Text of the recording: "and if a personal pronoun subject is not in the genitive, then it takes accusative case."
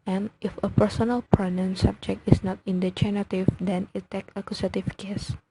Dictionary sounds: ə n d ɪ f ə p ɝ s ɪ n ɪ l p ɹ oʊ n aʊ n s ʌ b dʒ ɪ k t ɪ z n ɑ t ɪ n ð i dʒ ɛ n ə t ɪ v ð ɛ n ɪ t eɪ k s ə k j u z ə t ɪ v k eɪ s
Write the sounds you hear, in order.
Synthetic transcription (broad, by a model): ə n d ɪ f ə p ɝ s ɪ n ɪ l p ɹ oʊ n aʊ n s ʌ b dʒ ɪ k t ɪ s n ɑ t ɪ n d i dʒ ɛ n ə t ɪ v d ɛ n ɪ t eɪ k ə k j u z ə t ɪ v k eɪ s